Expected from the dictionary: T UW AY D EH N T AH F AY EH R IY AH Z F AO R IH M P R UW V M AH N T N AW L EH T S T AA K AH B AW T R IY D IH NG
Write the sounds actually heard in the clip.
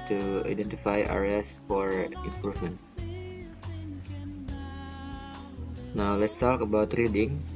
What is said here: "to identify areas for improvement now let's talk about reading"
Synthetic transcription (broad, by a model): T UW AY D EH N T AH F AY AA R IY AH S F AO R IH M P UW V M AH N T N AW L EH T S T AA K AH B AW T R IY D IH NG